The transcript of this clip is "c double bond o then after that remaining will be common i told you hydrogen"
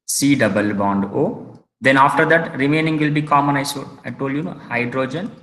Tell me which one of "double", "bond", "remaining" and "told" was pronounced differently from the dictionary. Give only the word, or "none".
none